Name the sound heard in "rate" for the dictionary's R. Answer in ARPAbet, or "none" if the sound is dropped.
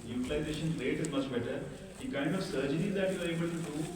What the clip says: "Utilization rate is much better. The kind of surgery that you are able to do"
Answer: L